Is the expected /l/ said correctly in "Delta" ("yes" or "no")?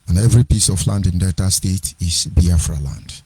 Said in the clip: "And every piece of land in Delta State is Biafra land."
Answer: no